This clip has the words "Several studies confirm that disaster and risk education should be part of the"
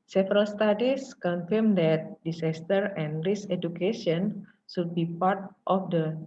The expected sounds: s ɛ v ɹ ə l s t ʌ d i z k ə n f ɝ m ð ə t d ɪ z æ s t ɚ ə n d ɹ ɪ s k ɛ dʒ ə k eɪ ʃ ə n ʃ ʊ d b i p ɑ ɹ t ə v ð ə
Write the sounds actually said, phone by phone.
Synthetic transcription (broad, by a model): s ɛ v ɹ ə l s t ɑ d i s k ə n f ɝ m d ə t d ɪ s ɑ s t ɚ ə n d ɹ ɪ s ɛ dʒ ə k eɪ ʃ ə n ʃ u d b i p ɑ ɹ t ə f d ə